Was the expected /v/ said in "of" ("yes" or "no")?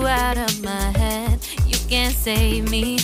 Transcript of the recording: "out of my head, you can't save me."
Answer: yes